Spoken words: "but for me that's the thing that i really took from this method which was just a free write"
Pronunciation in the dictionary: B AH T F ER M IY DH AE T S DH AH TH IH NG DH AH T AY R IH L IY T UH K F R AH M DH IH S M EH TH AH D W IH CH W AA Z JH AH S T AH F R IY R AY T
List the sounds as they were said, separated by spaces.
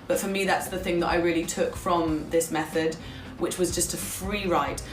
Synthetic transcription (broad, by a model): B AH T F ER M IY DH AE T S DH AH TH IH NG DH AH T AY R IH L IY T UH K F R AH M DH IH S M EH TH AH D W IH CH W AA Z JH AH S T AH F R IY R AY T